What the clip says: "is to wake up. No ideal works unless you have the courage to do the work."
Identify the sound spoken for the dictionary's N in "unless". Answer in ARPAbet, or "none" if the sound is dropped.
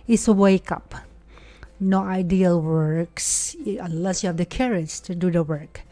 none